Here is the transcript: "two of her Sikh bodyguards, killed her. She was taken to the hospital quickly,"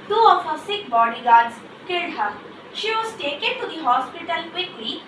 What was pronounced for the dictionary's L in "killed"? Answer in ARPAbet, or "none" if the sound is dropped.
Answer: none